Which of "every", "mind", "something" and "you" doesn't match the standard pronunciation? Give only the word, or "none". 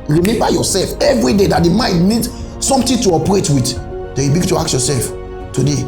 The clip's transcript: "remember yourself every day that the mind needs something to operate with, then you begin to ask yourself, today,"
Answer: something